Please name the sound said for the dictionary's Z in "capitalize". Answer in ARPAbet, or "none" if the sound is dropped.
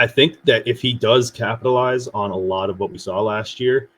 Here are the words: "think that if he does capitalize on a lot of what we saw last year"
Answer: Z